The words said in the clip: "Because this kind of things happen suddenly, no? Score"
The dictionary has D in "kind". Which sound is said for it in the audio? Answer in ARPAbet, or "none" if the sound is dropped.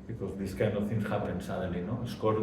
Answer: none